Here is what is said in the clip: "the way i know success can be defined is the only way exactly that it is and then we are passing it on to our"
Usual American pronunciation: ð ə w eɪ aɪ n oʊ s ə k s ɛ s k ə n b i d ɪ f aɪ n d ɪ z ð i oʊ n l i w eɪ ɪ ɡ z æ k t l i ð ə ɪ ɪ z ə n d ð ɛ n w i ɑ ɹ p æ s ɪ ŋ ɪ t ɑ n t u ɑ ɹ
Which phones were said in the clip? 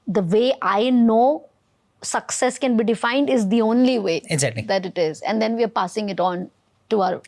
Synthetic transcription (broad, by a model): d ə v eɪ aɪ n oʊ s ə k s ɛ s k ə n b i d ɪ f aɪ n d ɪ z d i oʊ n l i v eɪ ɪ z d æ t i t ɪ ɪ z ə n d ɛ n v i ɑ ɹ p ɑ s ɪ ŋ ɪ t ɑ n t u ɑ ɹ